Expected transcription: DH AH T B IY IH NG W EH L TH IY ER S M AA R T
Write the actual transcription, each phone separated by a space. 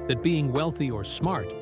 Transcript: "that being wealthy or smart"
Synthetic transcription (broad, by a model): DH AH T B IY IH NG W EH L TH IY ER S M AA R T